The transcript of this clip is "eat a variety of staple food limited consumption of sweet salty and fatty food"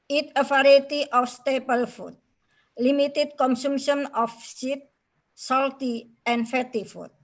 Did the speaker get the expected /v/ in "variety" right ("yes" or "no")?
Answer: no